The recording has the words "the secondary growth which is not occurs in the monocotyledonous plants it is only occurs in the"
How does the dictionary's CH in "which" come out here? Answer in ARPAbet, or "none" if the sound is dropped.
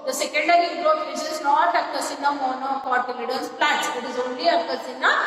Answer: S